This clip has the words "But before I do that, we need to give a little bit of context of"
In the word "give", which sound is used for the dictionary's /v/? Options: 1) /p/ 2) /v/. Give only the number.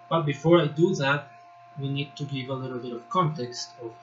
2